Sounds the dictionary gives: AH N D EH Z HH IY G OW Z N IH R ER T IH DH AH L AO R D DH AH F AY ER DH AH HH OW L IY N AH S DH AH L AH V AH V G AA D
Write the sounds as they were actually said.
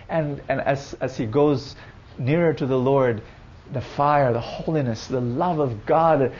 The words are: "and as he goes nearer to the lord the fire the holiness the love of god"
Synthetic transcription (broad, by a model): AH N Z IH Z HH IY G OW Z N IH R ER T IH DH AH L AO R D DH AH F AY ER DH AH HH OW L IY N AH S DH AH L AH V AH V G AA D